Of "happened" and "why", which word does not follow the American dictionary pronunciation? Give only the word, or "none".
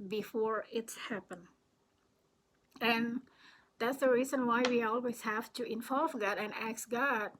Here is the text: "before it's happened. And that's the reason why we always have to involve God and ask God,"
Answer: happened